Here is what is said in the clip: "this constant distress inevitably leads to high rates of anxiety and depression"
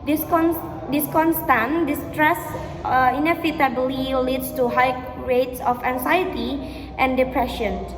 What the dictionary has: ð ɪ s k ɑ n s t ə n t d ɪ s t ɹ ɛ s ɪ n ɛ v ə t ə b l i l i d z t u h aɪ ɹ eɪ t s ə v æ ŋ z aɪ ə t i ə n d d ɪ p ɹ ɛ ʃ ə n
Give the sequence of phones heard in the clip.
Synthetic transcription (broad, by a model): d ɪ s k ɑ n s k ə n t d ɪ s t ɹ ɛ s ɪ n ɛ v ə t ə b l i l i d s t u h aɪ ɹ eɪ t s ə f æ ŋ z aɪ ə t i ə n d d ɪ p ɹ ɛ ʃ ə n